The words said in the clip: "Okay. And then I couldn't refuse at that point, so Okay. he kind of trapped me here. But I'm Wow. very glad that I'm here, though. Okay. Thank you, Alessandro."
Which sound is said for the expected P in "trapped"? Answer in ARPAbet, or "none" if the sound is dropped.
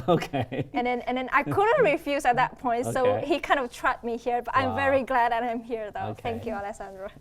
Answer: none